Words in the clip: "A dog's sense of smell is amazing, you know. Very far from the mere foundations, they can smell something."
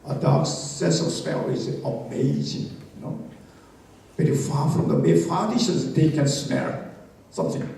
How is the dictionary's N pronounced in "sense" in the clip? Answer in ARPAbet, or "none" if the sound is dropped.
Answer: none